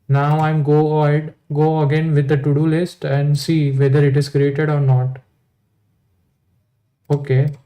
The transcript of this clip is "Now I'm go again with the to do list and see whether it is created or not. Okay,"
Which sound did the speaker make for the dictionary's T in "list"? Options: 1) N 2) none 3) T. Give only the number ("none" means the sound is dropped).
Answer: 3